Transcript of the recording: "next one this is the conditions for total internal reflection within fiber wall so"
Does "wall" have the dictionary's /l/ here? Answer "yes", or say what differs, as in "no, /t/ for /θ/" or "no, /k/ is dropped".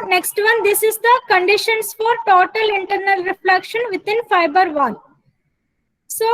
no, /n/ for /l/